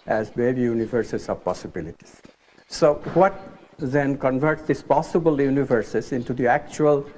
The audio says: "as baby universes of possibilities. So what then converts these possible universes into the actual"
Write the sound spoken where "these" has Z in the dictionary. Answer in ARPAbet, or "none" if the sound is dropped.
S